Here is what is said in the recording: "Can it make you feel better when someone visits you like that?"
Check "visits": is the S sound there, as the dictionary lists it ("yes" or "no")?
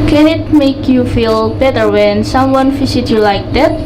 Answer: no